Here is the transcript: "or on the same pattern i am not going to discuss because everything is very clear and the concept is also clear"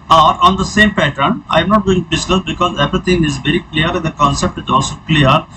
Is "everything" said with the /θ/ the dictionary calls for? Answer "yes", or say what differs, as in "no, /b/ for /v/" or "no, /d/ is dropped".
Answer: no, /t/ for /θ/